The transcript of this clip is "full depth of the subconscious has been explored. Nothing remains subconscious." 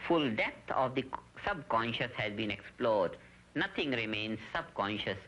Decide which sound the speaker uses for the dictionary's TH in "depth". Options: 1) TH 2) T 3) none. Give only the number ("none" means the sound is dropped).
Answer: 2